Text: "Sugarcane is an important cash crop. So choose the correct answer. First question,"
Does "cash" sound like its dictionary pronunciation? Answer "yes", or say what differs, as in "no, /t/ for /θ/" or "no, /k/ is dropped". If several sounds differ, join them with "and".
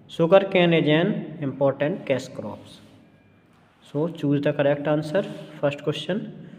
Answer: no, /s/ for /ʃ/